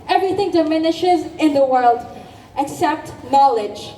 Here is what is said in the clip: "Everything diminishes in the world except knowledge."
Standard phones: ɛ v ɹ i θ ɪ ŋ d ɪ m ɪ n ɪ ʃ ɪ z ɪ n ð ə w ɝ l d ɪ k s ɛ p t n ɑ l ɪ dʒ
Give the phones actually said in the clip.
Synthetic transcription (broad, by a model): ɛ v ɹ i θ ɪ ŋ d ɪ m ɪ n ɪ ʃ ɪ z ɪ n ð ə w ɝ l d ɪ k s ɛ p t n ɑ l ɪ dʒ